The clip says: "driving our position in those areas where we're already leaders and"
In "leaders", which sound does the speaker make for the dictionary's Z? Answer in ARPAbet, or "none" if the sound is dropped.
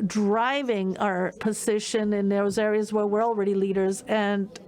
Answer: Z